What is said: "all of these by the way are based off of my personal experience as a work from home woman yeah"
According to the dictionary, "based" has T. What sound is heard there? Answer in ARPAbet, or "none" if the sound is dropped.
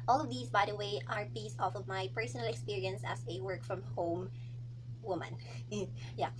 none